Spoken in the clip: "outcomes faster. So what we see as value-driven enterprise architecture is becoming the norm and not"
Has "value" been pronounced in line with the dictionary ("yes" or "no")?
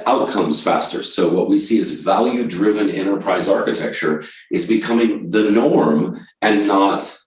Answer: yes